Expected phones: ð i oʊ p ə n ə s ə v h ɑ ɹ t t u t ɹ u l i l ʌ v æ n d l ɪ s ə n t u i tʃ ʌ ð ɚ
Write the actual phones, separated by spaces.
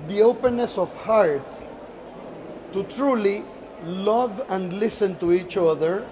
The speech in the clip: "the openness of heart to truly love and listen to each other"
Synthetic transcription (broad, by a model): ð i oʊ p ə n ə s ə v h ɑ ɹ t t u t ɹ u l i l ʌ v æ n d l ɪ s ə n t u i tʃ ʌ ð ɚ